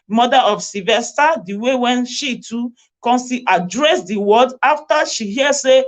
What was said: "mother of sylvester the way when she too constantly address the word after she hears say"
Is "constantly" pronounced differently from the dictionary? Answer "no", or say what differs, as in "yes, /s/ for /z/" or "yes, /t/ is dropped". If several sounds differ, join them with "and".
yes, /n/ is dropped and /l/ is dropped